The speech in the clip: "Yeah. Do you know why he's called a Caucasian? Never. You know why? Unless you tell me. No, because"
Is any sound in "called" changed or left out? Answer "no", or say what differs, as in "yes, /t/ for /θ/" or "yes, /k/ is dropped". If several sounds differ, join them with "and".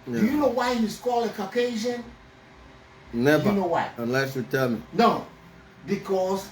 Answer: yes, /d/ is dropped